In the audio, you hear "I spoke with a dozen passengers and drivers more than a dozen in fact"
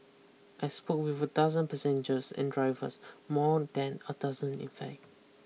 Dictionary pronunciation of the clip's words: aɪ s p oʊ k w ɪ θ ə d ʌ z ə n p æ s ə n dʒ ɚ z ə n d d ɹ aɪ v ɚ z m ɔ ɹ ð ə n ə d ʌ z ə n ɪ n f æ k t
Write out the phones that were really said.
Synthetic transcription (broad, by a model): aɪ s p oʊ k w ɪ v ə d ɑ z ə n p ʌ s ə n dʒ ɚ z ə n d d ɹ aɪ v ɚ s m ɔ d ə n ə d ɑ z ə n ɪ n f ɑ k